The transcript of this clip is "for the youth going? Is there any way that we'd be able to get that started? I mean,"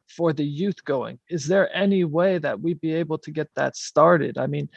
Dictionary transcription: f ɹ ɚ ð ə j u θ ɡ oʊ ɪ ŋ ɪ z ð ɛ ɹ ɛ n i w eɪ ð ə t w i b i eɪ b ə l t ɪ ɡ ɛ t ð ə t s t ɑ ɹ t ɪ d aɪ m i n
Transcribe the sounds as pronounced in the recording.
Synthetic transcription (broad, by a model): f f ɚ ð ə j u θ ɡ oʊ ɪ ŋ ɪ z ð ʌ ɹ ɛ n i w eɪ ð ə t w i b i eɪ b l t ɪ ɡ ɛ t ð ə t s t ɑ ɹ t ɪ d aɪ m i n